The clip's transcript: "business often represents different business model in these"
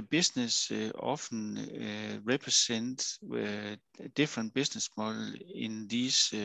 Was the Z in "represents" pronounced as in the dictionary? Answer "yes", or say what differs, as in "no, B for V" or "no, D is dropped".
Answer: no, S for Z